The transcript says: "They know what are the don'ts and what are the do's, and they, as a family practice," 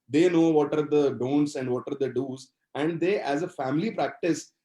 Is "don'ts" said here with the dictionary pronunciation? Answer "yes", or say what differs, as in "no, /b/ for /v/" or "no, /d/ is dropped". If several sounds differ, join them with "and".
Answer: yes